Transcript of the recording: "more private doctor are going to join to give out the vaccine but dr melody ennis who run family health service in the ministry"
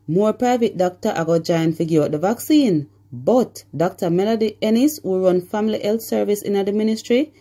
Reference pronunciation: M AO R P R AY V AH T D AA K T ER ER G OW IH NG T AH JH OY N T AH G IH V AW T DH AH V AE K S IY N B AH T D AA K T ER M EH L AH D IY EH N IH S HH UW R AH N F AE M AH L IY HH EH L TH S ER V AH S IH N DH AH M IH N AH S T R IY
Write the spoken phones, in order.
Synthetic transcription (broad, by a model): M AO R P R AY V AH T D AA K T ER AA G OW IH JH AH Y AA N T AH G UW AO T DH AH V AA K S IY N B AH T D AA K T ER M EH L AH D IY EH N IH S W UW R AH N F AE M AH L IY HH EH L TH S ER V AH S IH N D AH M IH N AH S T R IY